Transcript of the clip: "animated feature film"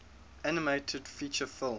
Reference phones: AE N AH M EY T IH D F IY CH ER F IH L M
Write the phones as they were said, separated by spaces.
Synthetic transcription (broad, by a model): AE N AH M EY T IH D F IY CH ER F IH L